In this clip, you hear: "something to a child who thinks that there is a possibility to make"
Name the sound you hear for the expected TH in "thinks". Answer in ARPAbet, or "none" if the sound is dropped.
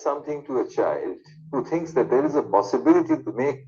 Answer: T